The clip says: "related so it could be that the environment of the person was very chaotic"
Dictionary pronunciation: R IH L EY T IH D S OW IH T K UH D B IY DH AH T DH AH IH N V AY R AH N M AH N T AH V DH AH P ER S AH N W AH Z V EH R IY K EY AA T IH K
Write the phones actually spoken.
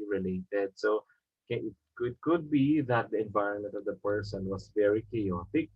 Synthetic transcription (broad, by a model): R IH L EY T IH D S OW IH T K UH D B IY DH AH T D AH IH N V AY R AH N M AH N T AH V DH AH P ER S AH N W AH S V EH R IY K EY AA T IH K